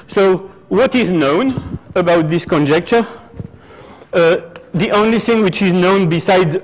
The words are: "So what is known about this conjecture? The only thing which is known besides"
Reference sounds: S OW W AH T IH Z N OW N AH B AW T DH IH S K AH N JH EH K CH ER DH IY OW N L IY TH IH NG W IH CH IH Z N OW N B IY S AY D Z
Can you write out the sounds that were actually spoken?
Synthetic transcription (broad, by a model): S OW W AH T IH Z N OW N AH B AW T DH IH S K AH N JH EH K CH ER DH IY OW N L IY TH IH NG W IH CH IH Z N OW N B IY S AY D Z